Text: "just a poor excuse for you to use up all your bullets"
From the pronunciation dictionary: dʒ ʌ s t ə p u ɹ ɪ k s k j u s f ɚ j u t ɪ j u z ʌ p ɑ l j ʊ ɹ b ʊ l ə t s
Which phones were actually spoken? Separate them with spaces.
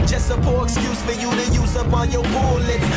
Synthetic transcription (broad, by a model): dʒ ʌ s t ə p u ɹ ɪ k s k j u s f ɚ j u t ɪ j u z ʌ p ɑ n j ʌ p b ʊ l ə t